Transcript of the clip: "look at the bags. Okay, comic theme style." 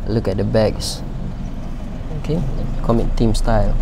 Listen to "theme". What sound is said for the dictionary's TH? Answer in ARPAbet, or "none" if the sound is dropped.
T